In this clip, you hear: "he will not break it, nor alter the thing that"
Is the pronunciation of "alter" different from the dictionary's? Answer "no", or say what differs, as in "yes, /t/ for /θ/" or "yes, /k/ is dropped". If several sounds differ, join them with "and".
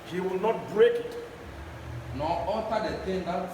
yes, /l/ is dropped